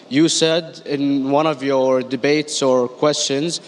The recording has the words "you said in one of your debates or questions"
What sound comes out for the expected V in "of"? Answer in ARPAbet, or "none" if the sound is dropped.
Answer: V